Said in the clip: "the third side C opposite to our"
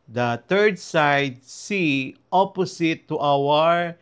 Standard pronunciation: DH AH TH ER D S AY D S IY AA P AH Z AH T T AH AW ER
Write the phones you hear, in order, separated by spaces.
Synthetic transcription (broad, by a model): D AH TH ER D S AY D S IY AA P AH S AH T T AW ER